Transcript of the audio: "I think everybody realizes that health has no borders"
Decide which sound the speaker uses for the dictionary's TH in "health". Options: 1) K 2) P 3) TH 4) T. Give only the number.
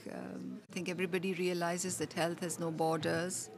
4